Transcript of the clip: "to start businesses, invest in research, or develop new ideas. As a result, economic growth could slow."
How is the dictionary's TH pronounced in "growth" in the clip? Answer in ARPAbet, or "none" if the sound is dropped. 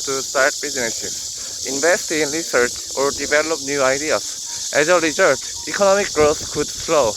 S